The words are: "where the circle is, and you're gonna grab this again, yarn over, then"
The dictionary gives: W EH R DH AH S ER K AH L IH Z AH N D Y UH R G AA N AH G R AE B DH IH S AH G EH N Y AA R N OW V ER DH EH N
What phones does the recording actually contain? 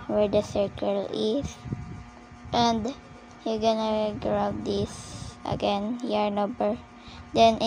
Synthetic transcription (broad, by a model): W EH R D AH S ER K AH L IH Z AH N D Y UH G AA N AH G R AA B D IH S AH G EH N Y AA R N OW B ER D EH N